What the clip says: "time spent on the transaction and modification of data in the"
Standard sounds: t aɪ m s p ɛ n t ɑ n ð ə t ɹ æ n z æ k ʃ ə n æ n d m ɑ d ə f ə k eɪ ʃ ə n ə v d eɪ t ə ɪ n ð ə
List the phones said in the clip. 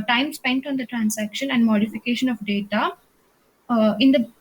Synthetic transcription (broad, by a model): t aɪ m s p ɛ n t ɑ n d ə t ɹ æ n s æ k ʃ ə n æ n d m ɑ d ə f ə k eɪ ʃ ə n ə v d eɪ t ə ɪ n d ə